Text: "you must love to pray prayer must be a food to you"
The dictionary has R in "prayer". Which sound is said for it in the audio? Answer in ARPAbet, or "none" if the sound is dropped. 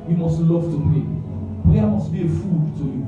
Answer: none